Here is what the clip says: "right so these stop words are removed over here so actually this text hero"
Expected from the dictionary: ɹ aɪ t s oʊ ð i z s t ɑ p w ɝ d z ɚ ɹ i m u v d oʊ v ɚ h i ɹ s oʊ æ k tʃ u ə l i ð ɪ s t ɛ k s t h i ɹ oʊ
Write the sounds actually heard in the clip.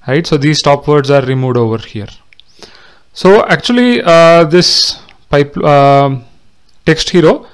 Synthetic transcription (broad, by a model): ɹ aɪ t s oʊ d i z s t ɑ p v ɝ d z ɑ ɹ i m u v d oʊ v ɚ h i ɹ s oʊ æ k tʃ u ə l i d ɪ s t ɛ k s t h i ɹ oʊ